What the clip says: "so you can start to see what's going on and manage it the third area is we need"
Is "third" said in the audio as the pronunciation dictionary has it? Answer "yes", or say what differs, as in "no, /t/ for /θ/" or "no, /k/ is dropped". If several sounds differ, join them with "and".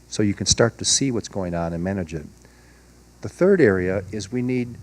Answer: yes